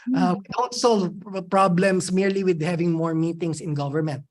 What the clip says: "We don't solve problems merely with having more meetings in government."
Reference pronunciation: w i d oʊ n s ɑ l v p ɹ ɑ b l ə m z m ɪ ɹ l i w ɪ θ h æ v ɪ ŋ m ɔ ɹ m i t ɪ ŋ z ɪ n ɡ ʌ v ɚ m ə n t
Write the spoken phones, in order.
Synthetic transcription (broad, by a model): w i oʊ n s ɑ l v p ɹ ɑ b l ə m s m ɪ ɹ l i w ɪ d h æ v ɪ ŋ m ɔ ɹ m i t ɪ ŋ s ɪ n ɡ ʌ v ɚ m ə n t